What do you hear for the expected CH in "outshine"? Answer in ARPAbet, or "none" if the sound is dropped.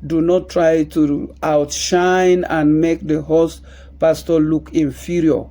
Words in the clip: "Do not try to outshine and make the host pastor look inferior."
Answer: CH